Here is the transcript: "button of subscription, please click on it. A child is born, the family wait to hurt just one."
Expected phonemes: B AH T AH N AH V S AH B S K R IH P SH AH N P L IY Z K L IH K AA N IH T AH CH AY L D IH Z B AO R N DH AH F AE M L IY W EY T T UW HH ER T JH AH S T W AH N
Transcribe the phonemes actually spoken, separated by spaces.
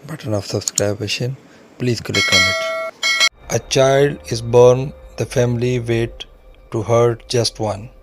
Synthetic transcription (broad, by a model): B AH T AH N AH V S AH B S K R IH B SH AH N P L IY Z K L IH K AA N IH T AH CH AY L D IH Z B AO R N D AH F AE M L IY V EY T T UW HH ER T JH AH S T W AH N